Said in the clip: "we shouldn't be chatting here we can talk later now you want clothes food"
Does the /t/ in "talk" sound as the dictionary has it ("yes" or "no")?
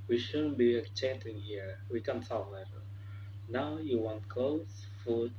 no